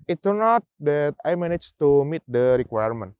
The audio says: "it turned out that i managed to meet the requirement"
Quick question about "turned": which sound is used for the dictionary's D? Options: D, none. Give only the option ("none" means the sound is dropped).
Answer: none